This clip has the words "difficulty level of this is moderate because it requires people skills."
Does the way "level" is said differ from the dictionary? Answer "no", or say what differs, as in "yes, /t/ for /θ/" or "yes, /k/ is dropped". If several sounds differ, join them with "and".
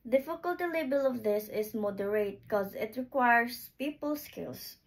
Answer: yes, /b/ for /v/